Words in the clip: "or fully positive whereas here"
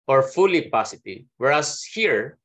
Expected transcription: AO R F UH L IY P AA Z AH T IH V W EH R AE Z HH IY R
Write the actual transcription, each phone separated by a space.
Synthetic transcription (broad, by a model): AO R F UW L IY P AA S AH T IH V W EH R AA S HH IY R